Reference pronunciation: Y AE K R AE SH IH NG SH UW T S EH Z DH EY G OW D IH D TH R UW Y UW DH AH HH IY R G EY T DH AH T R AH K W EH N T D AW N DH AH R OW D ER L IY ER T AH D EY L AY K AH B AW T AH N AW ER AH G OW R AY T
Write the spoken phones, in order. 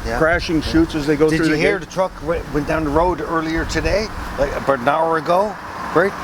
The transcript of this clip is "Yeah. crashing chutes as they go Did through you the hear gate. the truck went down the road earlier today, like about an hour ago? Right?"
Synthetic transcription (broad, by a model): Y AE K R AE SH IH NG SH UW T S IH Z DH EY G OW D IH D TH R UW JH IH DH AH HH IY R DH AH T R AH K W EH N D AW N DH AH R OW D ER L IY ER T AH D EY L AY AH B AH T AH N AW ER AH G OW R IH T